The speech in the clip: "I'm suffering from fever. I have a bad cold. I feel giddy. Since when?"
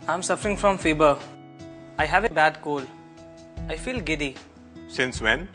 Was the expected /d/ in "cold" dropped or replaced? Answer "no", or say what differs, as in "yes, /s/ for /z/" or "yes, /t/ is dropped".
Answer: yes, /d/ is dropped